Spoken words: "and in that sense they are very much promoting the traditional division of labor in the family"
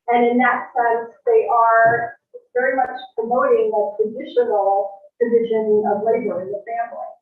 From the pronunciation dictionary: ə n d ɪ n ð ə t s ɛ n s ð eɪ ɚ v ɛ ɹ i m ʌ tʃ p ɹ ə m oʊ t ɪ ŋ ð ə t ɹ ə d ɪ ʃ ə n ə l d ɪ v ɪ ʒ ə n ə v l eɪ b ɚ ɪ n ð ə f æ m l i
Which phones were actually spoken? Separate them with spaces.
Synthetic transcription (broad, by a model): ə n ɪ n ð ə t s ɛ n s ð eɪ ɚ v ɛ ɹ i m ʌ tʃ p ɹ ə m oʊ t ɪ ŋ ð ə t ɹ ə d ɪ ʃ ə n l d ɪ v ɪ ʒ ə n ə v l eɪ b ɚ ɪ n ð ə f æ m l i